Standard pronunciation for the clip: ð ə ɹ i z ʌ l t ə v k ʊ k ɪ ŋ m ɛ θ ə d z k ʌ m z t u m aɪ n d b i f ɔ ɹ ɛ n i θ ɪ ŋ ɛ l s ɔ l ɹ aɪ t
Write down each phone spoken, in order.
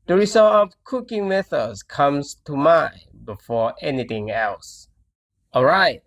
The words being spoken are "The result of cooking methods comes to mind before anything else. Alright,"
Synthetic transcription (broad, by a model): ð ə ɹ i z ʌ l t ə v k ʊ k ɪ ŋ m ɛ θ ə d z k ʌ m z t u m aɪ b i f ɔ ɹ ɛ n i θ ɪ ŋ ɛ l s ɔ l ɹ aɪ t